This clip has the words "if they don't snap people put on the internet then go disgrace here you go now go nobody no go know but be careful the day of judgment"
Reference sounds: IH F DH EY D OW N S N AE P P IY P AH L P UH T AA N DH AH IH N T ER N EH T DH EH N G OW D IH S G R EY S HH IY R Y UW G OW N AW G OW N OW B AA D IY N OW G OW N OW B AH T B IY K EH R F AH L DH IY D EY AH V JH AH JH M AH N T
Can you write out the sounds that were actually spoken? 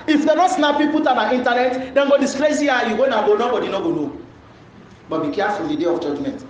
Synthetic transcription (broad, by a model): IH F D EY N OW S N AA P P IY P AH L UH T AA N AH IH N T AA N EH T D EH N G OW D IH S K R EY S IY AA Y UW G OW N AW G OW N OW B AA D IY N OW G OW N OW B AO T B IY K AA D F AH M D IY D EY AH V JH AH JH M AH N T